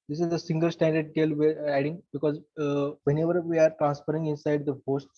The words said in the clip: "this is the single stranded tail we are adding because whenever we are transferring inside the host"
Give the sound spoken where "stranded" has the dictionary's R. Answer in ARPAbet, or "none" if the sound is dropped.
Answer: none